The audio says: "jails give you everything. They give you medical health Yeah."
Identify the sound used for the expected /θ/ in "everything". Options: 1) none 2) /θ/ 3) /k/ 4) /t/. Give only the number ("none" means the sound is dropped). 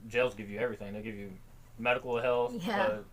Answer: 2